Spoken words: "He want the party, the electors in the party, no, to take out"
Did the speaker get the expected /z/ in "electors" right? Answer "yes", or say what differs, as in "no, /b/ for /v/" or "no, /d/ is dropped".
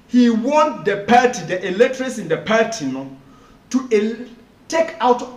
no, /s/ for /z/